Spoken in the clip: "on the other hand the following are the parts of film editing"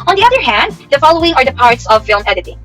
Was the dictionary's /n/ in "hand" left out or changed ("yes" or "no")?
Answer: no